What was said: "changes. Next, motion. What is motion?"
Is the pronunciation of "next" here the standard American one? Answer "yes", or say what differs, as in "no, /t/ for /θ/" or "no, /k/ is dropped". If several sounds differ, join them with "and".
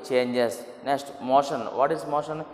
yes